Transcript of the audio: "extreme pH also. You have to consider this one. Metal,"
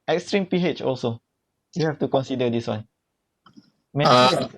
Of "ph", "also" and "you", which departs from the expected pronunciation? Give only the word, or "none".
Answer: none